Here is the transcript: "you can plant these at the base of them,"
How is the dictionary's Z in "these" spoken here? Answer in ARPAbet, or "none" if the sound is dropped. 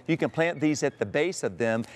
Z